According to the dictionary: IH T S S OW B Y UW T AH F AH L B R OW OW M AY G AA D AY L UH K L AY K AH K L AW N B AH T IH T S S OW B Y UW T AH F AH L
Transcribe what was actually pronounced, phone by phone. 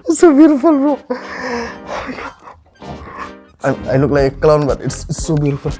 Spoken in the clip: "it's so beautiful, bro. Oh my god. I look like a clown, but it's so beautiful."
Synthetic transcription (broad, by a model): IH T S S OW B Y UW T AH F AH L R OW OW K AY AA AY L UH K L AY K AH K L AW N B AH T IH T S S OW B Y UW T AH F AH L